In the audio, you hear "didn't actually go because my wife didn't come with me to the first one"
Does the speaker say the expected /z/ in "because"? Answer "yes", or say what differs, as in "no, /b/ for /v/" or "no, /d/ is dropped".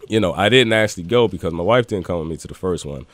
yes